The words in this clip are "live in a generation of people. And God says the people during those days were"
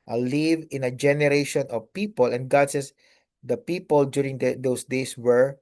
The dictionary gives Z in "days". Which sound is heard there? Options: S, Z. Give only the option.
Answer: S